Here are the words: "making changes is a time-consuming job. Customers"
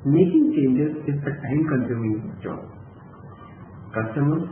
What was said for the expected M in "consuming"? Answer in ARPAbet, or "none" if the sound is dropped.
none